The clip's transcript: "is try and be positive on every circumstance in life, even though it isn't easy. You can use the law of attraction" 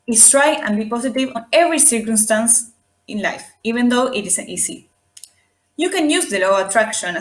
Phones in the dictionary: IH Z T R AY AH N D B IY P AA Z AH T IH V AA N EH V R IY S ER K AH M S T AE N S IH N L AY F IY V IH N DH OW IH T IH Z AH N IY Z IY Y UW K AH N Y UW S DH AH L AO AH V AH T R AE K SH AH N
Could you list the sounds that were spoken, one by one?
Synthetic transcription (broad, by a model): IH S T R AY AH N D B IY P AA S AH T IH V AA N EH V R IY S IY K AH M S T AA N S IH N L AY F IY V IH N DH OW IH T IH S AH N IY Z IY Y UW K AH N Y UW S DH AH L AO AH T R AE K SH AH N